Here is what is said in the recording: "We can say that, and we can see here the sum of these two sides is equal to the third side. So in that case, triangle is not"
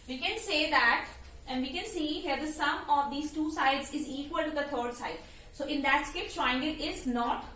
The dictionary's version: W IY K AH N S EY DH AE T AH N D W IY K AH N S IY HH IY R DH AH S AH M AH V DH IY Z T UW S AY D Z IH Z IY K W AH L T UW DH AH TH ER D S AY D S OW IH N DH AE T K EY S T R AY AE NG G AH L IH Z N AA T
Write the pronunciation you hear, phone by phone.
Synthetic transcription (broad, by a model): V IY K AH N S EY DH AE T AH N D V IY K AH N S IY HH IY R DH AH S AH M AH V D IY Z T UW S AY D Z IH Z IY K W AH L T UW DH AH T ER D S AY D S OW IH N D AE T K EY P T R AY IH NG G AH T IH Z N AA T